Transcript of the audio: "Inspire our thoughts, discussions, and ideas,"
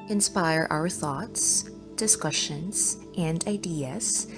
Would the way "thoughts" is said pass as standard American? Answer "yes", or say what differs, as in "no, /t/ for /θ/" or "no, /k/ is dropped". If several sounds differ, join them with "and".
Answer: yes